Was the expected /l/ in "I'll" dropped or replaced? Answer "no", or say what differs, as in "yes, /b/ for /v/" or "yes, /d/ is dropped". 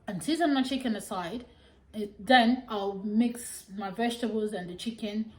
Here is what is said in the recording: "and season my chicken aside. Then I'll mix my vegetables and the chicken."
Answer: no